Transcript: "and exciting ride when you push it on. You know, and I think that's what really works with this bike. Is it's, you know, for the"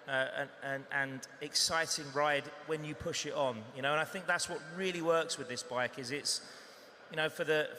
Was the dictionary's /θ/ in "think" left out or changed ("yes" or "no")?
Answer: no